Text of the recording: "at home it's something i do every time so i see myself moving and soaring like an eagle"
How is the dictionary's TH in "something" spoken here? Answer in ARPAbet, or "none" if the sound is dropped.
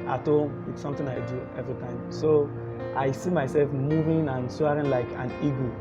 T